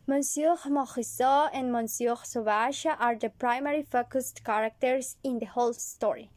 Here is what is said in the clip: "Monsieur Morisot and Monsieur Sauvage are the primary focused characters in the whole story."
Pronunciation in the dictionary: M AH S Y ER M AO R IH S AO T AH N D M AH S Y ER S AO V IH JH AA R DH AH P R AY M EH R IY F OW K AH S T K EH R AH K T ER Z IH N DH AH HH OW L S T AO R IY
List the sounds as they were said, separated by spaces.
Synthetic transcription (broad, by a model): M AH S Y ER M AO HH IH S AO AH N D M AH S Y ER S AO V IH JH AA R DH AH P R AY M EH R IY F OW K AH S T K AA R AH K T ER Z IH N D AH HH OW L S T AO R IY